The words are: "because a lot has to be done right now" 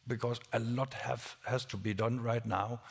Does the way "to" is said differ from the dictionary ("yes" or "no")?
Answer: no